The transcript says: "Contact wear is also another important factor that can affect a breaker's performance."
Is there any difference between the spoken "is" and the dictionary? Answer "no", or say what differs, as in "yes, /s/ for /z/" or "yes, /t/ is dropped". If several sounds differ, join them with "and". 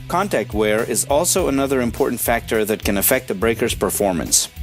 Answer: no